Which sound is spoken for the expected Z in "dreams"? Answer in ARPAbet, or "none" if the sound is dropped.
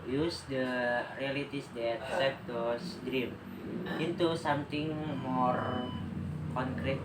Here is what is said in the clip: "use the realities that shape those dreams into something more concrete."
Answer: none